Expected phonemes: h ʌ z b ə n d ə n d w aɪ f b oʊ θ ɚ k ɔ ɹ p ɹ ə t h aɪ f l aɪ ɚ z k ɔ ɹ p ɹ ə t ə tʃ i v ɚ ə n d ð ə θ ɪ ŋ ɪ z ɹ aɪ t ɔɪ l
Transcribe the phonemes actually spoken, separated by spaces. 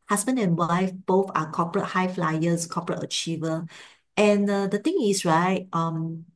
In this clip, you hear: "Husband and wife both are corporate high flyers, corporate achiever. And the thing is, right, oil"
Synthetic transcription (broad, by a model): h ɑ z b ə n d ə n w aɪ f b oʊ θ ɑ k ɔ p ɹ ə t h aɪ f l aɪ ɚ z k ɔ p ɹ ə t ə tʃ i v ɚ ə n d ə t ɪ ŋ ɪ s ɹ aɪ t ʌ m